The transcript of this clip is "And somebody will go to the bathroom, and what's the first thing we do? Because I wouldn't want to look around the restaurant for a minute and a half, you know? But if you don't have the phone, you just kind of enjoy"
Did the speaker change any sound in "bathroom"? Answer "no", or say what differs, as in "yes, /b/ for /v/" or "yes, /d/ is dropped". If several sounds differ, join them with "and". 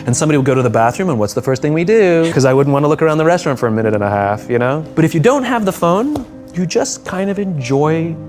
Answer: no